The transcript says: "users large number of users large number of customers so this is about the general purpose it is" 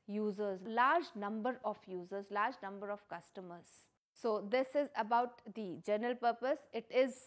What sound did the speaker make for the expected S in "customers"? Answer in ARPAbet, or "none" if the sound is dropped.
S